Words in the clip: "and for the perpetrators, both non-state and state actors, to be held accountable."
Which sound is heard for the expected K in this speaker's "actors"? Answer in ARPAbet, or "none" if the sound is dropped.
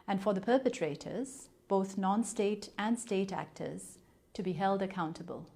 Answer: K